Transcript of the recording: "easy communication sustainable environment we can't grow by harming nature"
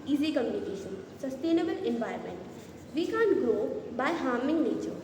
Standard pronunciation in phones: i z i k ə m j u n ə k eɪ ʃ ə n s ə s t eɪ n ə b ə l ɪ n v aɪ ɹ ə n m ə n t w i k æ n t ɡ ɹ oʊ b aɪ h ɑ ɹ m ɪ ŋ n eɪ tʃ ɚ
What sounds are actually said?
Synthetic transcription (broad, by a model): i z i k ə m j u n ə k eɪ ʃ ə n s ə s t eɪ n ə b ə l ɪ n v aɪ ə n m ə n t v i k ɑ n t ɡ ɹ oʊ b aɪ h ɑ ɹ m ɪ ŋ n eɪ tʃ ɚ